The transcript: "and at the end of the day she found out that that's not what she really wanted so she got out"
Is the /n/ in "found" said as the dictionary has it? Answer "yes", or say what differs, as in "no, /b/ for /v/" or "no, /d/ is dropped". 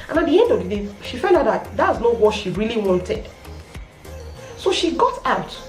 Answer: no, /l/ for /n/